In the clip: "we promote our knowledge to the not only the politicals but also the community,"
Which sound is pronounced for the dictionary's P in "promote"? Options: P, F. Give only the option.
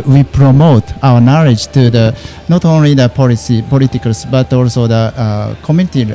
P